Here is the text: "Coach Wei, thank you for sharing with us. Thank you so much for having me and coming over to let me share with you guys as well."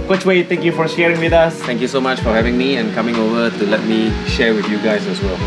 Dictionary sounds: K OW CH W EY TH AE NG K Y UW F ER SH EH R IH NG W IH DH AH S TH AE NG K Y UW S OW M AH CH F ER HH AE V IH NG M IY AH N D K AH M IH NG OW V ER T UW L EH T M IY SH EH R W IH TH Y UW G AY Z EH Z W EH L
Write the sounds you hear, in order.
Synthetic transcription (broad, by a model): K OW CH W EY T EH NG K Y UW F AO SH EH R IH NG W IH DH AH S T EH NG K Y UW S OW M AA CH F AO HH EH V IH NG M IY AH N K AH M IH NG OW V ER T UW L EH T M IY SH EH R W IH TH Y UW G AY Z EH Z W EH L